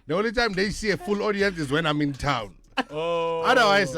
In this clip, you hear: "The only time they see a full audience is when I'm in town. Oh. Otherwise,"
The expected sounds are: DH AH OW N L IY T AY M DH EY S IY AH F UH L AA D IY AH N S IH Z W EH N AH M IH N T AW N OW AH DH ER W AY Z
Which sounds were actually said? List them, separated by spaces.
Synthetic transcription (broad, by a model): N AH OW L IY T AY M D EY S IY AH F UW L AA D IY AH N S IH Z W EH N AH M IH N T AW N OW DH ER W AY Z